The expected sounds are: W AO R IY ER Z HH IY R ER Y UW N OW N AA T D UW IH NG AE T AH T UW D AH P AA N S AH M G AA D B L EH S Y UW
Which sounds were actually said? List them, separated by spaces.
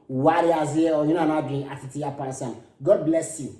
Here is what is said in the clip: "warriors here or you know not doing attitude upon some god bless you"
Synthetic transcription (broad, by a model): W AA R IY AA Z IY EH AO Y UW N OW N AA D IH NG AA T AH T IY AH P AA N S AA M G AA D B L EH S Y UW